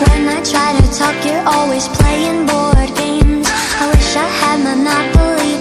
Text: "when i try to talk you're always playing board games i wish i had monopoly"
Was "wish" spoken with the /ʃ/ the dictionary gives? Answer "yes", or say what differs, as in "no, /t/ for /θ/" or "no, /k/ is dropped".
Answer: yes